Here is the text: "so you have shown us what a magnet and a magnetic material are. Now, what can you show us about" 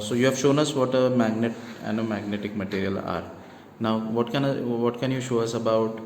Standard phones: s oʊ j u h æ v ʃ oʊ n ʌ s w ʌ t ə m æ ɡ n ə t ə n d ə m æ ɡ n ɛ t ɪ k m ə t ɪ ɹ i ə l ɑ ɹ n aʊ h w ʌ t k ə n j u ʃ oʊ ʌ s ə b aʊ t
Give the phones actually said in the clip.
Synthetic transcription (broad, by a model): s oʊ j u h æ v ʃ oʊ n ʌ s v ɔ t ə m æ ɡ n ə t ə n d ə m æ ɡ n ɛ t ɪ k m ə t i ɹ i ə l ɑ ɹ n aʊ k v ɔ t k ə n j u ʃ oʊ ʌ s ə b aʊ t